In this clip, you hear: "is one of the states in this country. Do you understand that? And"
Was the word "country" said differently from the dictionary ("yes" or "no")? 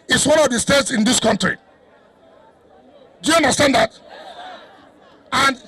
no